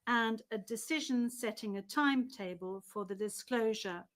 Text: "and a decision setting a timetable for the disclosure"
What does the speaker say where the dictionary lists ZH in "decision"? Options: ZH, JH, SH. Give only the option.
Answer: ZH